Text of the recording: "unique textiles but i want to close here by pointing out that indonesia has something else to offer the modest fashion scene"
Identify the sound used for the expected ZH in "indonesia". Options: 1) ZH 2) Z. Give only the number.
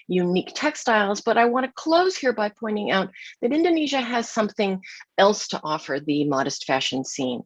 1